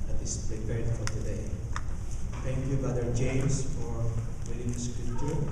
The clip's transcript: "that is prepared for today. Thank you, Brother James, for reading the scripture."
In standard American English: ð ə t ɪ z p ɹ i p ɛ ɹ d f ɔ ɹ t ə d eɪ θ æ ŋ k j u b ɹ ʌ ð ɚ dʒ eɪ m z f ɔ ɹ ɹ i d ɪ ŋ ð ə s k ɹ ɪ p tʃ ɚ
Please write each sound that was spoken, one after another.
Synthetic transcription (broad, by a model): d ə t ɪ s p ɹ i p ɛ ɹ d f ɔ ɹ t ə d eɪ t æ ŋ k j u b ʌ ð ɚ dʒ eɪ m s f ɔ ɹ w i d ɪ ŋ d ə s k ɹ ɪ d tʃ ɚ